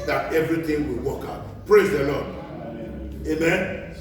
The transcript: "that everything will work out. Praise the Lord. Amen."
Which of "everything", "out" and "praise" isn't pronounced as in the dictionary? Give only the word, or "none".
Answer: everything